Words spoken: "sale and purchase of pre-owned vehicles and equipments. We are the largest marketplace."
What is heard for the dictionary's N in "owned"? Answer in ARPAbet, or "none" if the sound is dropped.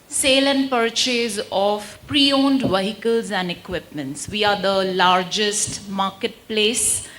N